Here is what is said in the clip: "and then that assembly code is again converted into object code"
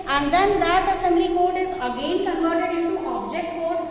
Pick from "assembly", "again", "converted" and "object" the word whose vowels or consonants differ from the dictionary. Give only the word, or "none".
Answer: converted